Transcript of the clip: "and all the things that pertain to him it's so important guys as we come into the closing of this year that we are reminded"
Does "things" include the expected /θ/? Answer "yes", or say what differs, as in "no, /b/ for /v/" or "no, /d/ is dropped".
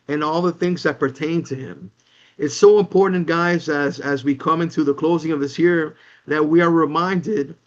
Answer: yes